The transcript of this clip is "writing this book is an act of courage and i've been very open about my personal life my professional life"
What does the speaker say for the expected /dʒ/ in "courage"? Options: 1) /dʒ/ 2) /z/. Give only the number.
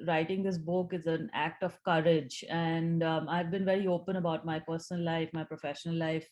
1